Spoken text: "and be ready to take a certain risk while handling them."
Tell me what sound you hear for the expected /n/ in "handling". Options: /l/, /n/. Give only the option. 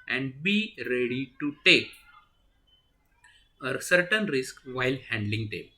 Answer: /n/